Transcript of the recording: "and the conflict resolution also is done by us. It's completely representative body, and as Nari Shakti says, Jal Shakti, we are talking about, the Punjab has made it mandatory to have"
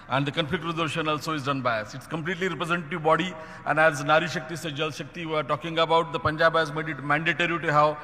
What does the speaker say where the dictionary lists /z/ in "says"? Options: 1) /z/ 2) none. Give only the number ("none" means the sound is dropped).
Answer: 2